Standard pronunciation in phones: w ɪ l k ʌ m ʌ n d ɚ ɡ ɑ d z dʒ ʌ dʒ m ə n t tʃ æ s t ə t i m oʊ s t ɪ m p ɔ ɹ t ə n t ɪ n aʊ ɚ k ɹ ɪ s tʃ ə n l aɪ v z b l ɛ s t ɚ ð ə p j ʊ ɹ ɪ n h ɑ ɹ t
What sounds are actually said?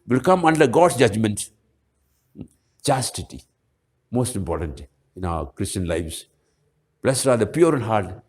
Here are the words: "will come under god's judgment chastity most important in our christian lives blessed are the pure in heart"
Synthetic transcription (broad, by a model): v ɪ l k ʌ m ʌ n d ɚ ɡ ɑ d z dʒ ʌ dʒ m ə n t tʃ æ s t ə t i m oʊ s t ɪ m p ɔ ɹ t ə n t ɪ n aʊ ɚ k ɹ ɪ s tʃ ə n l aɪ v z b l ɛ s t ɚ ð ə p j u ɹ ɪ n h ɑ ɹ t